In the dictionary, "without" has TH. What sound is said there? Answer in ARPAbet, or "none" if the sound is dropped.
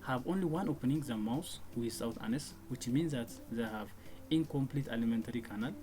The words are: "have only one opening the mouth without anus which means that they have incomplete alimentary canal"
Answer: S